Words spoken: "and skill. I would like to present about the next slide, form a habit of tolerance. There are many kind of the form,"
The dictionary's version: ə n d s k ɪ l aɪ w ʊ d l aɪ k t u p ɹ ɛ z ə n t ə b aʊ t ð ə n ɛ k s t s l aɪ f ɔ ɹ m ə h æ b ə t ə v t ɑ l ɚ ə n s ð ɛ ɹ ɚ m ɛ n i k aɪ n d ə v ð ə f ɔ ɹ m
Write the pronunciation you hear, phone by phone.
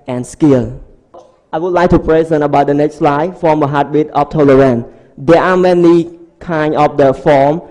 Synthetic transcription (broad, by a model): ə n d s k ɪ l aɪ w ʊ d l aɪ k t u p ɹ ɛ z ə n ə b aʊ t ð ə n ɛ k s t s l aɪ f ɔ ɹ m ə h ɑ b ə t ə f t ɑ l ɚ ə n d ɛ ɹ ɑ m ɛ n i k aɪ n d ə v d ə f ɔ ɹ m